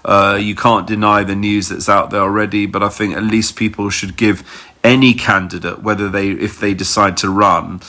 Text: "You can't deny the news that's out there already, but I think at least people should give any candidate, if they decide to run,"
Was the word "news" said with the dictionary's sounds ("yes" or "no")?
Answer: yes